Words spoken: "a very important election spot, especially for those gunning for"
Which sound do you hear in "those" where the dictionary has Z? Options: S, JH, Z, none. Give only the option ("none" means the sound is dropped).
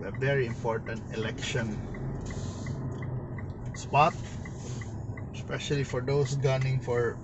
S